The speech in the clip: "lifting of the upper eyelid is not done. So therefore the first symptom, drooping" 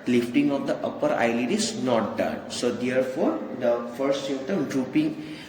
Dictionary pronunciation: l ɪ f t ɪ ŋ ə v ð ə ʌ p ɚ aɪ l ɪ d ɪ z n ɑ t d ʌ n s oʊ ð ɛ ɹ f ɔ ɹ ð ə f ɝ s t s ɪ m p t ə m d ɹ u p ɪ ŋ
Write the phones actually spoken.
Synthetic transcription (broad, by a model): l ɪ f t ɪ ŋ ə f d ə ʌ p ɚ aɪ l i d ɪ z n ɑ t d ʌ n s oʊ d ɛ ɹ f ɔ ɹ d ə f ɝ t s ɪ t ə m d ɹ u p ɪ ŋ